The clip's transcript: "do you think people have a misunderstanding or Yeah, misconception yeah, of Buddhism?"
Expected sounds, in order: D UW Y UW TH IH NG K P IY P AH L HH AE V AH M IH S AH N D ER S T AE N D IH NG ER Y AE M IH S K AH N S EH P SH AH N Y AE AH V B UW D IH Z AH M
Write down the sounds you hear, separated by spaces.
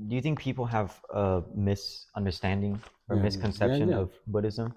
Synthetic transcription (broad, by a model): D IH Y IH TH IH NG K P IY P L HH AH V AH M IH S AH N D ER S T AE N D IH NG ER M IH S K AH N S EH P SH AH N AH V B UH D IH Z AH M